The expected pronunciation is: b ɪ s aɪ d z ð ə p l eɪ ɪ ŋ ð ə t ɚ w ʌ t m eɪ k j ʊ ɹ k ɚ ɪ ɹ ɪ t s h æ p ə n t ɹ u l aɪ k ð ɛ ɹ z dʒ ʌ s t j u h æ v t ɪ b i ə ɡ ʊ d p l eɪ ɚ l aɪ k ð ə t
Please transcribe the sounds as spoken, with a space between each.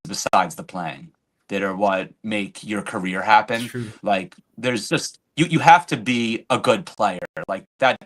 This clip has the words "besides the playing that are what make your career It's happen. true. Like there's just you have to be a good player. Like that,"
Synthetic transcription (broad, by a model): b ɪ s aɪ d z ð ə p l eɪ ɪ ŋ ð ə t ɚ w ʌ t m eɪ k j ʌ ɹ k ɚ ɪ ɹ h æ p ə n l aɪ k ð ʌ ɹ z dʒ ʌ s t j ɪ h æ f t ɪ b i ə ɡ ʊ d p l eɪ ɚ l aɪ k ð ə t